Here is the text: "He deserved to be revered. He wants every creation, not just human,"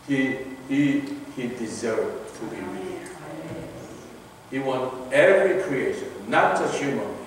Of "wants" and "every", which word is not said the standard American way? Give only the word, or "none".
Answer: wants